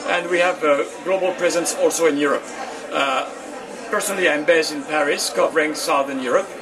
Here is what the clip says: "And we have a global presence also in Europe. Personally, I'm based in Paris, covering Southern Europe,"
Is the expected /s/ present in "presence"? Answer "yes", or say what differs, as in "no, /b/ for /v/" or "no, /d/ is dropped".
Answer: yes